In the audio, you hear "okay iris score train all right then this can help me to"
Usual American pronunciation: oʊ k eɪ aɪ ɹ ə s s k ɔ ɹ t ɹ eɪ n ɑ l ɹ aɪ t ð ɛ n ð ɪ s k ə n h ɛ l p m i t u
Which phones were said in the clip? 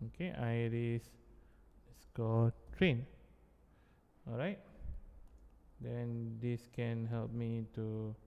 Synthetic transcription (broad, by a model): oʊ k eɪ aɪ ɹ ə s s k ɔ l t ɹ eɪ n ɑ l ɹ aɪ t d ɛ n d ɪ s k ə n h ɛ l p m i t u